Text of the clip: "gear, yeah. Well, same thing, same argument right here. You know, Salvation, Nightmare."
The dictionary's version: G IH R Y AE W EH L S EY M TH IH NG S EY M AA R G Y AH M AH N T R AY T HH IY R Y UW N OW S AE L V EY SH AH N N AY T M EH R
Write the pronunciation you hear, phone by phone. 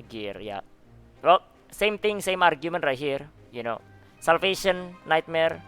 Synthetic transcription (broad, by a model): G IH R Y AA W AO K S EY M T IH NG S EY M AA R G Y AH M AH N T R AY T HH IY R Y UW N OW S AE L F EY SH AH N N AY T M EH R